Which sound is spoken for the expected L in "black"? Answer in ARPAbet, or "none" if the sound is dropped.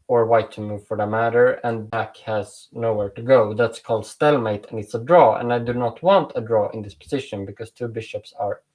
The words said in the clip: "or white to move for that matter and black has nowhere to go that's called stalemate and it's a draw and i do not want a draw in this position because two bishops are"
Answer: none